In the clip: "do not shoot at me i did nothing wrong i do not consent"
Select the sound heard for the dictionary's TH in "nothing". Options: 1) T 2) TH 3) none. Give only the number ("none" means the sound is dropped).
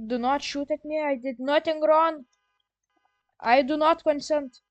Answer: 1